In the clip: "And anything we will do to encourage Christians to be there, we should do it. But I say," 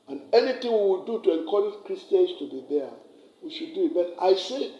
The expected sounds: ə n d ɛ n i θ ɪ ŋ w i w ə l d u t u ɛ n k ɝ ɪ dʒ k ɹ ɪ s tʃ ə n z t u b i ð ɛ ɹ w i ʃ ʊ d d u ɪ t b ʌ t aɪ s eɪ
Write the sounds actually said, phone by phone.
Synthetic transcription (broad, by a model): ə n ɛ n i t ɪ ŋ w i w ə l d u t u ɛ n k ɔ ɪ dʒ k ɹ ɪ s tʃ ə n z t u b i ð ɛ w i ʃ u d d u ɪ t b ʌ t aɪ s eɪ